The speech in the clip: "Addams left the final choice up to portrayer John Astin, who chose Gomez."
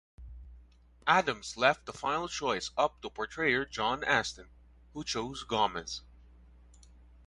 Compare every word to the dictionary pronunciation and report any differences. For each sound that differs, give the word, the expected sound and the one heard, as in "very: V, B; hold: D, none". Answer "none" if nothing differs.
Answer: none